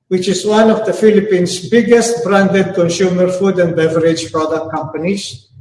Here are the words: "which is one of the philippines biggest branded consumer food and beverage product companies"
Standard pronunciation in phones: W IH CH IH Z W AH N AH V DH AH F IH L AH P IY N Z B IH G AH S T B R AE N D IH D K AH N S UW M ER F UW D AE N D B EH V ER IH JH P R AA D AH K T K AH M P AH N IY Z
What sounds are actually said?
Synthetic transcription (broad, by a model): W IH CH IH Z W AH N AH V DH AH F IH L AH P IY N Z B IH G AH S T B R AE N D IH D K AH N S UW M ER F UW D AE N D B EH V ER IH JH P R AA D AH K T K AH M P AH N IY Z